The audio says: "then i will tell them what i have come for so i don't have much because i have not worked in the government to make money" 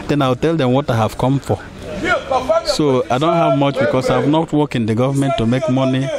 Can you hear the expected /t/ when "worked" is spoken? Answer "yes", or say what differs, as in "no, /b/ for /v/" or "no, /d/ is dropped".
no, /t/ is dropped